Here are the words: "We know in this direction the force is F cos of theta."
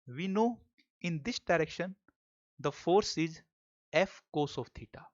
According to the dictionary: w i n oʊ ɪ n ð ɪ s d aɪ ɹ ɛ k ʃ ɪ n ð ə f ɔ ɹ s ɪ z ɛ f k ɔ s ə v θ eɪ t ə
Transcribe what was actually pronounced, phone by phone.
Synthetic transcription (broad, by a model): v i n oʊ ɪ n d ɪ s d aɪ ɹ ɛ k ʃ ɪ n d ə f ɔ ɹ s ɪ z ɛ f k ɔ s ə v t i t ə